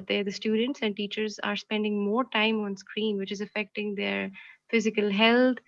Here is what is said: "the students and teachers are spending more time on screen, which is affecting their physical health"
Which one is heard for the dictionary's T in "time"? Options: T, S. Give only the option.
T